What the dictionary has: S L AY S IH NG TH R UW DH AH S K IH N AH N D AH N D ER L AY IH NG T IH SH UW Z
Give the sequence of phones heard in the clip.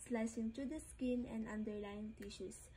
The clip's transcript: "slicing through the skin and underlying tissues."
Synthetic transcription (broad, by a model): S L AY S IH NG T R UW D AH S K IH N AH N D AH N D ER L AY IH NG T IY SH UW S